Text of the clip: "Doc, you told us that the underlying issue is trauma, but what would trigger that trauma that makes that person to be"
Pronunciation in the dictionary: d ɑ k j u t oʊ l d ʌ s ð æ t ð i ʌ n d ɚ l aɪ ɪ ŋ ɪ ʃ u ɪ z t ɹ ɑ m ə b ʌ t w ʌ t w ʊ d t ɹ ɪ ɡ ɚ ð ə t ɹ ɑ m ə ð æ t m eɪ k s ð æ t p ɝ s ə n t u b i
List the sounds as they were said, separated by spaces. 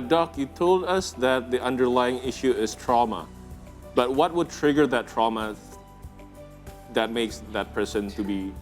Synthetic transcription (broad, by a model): d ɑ k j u t oʊ l d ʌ s ð æ t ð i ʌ n d ɚ l aɪ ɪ ŋ ɪ ʃ u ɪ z t ɹ ɑ m ə b ʌ t w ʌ t w ʊ d t ɹ ɪ ɡ ɚ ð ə t ɹ ɑ m ə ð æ t m eɪ k s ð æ t p ɝ s ə n t u b i